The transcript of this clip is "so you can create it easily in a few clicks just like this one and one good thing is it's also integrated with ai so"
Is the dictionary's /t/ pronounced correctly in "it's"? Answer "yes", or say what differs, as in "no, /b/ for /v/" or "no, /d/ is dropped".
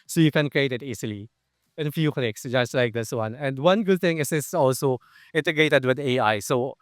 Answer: no, /s/ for /t/